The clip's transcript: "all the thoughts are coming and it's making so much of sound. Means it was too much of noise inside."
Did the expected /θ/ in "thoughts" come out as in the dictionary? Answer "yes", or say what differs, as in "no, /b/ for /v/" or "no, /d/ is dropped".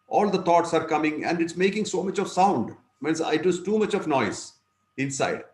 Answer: no, /t/ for /θ/